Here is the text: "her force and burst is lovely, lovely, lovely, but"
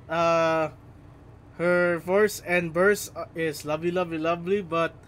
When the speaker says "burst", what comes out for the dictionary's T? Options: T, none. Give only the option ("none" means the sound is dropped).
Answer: none